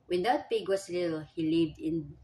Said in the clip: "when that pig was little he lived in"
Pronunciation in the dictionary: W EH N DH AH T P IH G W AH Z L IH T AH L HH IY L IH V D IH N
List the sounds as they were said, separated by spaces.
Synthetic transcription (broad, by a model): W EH N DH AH T P IH G W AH S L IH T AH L HH IY L IH V D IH N